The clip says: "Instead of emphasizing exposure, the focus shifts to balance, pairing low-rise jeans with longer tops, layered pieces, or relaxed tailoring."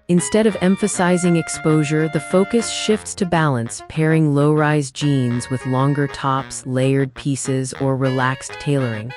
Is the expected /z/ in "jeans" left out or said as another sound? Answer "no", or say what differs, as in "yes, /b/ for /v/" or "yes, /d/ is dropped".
no